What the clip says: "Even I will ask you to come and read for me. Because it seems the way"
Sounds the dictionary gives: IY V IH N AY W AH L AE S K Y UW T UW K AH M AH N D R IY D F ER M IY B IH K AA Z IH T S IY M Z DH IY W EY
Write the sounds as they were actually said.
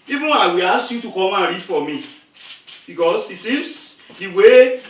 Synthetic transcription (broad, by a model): IY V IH N AY W AH L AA S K Y UW T UW K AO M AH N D R IY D F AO M IY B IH K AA S IH T S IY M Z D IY W EY